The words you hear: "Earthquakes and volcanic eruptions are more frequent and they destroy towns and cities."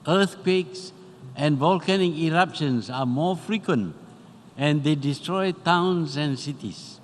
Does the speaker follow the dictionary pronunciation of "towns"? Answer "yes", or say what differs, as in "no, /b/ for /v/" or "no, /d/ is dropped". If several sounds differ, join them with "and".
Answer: no, /s/ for /z/